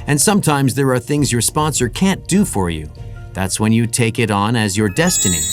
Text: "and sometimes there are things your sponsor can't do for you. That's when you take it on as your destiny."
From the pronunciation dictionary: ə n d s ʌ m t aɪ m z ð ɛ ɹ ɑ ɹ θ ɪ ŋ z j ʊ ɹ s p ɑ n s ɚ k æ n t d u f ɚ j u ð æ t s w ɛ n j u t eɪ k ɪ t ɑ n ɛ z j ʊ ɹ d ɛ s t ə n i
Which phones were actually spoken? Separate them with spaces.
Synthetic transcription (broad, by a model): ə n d s ʌ m t aɪ m z ð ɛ ɹ ɑ ɹ θ ɪ ŋ z j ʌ ɹ s p ɑ n s ɚ k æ n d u f ɚ j u ð æ t s w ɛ n j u t eɪ k ɪ t n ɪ z j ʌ ɹ d ɛ s t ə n i